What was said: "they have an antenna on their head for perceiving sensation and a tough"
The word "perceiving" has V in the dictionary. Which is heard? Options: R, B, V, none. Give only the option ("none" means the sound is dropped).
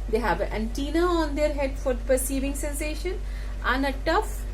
V